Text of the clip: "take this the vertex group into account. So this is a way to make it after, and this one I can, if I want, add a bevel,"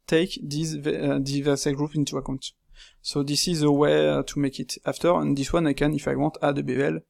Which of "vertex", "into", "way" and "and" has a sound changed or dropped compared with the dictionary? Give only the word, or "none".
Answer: vertex